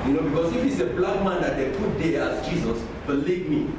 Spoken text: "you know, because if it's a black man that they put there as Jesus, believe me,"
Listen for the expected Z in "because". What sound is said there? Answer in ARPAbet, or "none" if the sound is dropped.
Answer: S